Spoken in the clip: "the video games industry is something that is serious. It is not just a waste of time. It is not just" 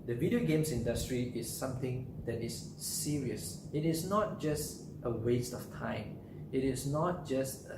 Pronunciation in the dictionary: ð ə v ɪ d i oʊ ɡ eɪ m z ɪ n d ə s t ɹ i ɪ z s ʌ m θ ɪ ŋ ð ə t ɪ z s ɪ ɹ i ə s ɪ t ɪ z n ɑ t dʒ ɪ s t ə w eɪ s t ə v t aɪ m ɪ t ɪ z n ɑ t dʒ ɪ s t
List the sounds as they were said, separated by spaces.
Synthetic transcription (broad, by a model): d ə v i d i oʊ ɡ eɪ m s ɪ n d ə s t ɹ i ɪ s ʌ m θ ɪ ŋ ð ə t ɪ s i ɹ i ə s ɪ t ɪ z n ɑ t dʒ ɪ s t ə w eɪ s t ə f t aɪ m ɪ t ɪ s n ɑ t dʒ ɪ s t